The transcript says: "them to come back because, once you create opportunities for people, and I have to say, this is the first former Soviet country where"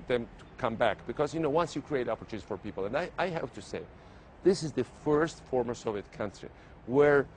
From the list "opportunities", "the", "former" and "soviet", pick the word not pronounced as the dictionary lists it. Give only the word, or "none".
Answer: opportunities